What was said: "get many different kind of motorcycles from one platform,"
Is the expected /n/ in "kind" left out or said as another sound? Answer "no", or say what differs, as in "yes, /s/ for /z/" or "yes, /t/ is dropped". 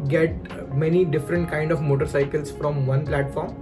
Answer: no